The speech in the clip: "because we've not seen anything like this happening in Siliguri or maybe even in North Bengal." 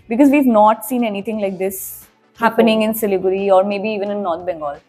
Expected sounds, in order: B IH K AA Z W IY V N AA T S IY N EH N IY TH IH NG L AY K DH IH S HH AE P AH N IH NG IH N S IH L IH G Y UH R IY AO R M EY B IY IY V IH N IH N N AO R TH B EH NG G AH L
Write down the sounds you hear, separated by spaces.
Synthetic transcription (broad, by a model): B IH K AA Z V IY V N AA T S IY N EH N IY T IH NG L AY K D IH S HH AE P AH N IH NG IH N S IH L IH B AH R IY AO R M EY B IY IY V IH N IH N N AO R T B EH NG G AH L